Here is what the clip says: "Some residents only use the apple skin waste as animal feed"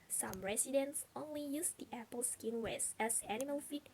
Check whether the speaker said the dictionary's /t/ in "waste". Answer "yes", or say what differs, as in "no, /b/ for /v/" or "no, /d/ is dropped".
no, /t/ is dropped